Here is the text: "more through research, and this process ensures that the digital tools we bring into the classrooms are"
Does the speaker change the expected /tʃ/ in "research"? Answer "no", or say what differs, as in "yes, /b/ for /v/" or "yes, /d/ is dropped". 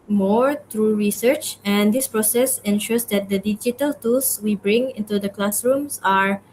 no